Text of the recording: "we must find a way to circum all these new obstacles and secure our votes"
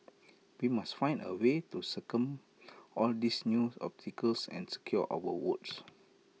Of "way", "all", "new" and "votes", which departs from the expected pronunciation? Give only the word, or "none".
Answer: votes